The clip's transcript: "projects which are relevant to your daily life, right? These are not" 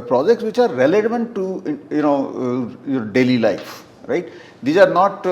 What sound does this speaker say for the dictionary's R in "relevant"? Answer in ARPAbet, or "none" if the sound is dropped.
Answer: L